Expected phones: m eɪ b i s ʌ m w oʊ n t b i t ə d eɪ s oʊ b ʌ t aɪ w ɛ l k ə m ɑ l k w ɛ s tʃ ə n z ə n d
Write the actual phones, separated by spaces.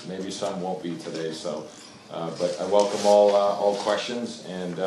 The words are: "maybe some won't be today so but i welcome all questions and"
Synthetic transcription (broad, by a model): m eɪ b i s ʌ m w oʊ n b i t ə d eɪ s oʊ b ʌ t aɪ w ɛ l k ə m ɑ l k w ɛ s tʃ ə n z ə n